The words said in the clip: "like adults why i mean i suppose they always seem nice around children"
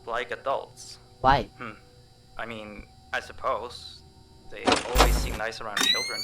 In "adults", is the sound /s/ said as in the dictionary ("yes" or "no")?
yes